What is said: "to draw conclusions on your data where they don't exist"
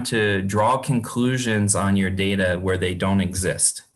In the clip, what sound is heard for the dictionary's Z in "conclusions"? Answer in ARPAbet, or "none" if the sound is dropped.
Z